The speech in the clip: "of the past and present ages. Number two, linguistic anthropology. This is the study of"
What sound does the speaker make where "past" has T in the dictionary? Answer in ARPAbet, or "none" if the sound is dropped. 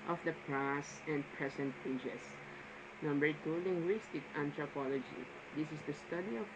none